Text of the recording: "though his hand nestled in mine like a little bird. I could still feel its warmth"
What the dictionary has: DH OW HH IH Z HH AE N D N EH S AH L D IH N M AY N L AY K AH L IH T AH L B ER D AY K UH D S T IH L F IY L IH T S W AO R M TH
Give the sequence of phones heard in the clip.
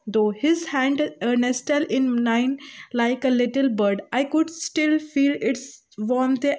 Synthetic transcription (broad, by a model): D OW HH IH Z HH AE N D N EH S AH L IH N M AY N L AY K AH L IH T AH L B ER D AY K UH D S T IH L F IY L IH T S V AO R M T